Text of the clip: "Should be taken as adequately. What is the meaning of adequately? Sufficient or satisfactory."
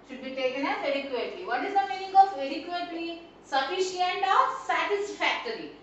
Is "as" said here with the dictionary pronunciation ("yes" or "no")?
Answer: no